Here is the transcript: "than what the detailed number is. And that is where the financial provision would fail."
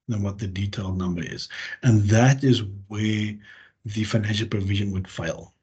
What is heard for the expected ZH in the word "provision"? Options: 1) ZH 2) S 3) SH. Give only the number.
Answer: 1